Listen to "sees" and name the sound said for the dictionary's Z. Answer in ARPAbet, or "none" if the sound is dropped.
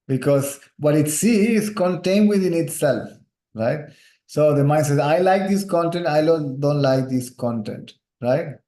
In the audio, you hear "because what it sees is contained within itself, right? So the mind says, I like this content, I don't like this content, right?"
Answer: none